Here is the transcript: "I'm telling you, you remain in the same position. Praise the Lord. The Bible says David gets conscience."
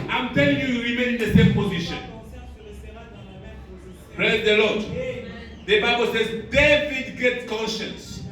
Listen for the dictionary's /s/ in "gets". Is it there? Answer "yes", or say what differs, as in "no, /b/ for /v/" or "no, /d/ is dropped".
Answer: no, /s/ is dropped